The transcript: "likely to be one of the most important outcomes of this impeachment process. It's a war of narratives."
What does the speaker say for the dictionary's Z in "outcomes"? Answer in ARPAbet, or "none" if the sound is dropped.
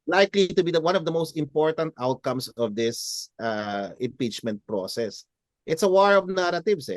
S